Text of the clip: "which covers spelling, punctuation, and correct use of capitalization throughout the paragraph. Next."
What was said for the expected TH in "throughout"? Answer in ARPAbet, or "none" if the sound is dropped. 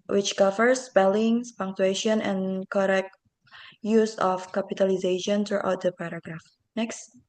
T